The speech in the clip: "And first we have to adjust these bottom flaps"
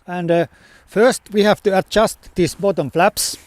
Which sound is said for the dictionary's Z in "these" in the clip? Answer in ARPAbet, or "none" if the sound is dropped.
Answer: S